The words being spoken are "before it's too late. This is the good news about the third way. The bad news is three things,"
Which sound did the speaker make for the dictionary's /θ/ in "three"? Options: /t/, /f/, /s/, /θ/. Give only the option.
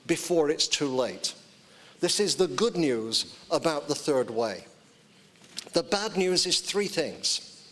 /θ/